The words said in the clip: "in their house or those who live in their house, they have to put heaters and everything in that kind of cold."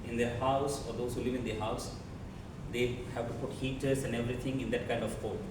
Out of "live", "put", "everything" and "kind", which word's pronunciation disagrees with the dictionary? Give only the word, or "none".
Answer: everything